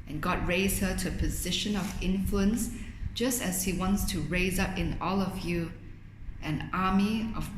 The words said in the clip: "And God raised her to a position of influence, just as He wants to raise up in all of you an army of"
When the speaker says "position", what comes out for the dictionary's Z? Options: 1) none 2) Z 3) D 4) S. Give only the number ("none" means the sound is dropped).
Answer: 2